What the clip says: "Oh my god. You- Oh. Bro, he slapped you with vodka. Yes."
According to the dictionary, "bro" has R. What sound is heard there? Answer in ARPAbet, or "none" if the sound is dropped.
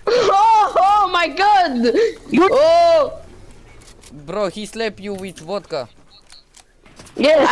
R